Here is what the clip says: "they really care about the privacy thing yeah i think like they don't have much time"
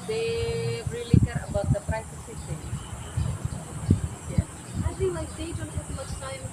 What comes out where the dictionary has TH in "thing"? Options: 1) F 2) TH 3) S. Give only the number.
3